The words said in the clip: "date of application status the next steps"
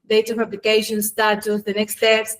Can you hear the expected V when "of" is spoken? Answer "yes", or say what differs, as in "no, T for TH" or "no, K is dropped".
no, P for V